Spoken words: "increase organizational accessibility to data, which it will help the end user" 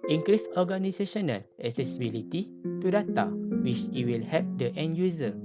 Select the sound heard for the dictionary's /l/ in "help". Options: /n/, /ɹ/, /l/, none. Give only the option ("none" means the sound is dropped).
none